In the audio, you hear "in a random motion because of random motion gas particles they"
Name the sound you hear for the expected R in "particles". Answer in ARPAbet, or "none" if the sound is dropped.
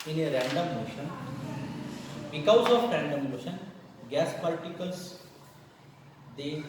L